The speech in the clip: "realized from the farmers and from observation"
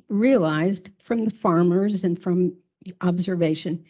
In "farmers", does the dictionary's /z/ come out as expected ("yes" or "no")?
yes